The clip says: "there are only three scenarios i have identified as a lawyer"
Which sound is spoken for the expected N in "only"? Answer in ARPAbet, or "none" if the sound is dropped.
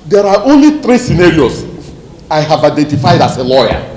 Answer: N